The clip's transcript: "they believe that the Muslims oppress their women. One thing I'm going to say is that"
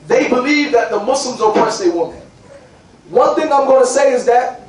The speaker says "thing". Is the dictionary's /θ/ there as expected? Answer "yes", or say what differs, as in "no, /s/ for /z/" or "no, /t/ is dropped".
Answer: yes